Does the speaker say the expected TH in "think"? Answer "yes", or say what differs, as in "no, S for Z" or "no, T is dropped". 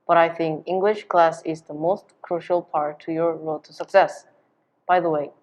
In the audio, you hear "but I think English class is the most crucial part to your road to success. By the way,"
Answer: yes